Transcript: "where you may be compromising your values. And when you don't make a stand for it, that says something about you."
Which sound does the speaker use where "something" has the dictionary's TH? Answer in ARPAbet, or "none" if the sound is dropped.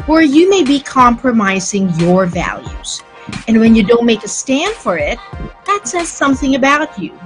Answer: TH